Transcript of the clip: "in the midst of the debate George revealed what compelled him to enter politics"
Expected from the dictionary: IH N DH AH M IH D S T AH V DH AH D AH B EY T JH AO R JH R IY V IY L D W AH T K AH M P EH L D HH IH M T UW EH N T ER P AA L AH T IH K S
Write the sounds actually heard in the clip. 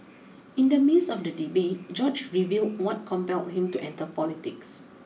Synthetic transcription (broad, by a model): IH N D AH M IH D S AH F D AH D AH B EY T JH AO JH R IY V IY L D W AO T K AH M P EH L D HH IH M T UW EH N T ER P AA L AH T IH K S